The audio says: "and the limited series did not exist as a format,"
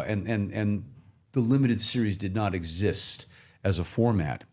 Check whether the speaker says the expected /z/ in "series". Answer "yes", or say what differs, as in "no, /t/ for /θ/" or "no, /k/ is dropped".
yes